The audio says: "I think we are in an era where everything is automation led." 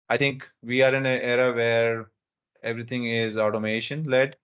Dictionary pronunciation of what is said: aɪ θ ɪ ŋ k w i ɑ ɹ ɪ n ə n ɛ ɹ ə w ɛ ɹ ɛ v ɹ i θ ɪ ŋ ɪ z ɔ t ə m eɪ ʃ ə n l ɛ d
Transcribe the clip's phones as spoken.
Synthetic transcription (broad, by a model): aɪ t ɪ ŋ k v i ɑ ɹ ɪ n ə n ɛ ɹ ə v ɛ ɹ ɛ v ɹ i t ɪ ŋ ɪ z ɔ t ə m eɪ ʃ ə n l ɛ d